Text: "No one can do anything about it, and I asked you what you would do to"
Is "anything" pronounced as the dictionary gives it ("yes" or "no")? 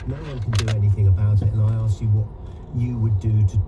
yes